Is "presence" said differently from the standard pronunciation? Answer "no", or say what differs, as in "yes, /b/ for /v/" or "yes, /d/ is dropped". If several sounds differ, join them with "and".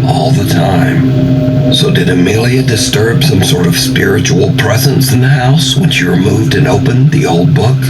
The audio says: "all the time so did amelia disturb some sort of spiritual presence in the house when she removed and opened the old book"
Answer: no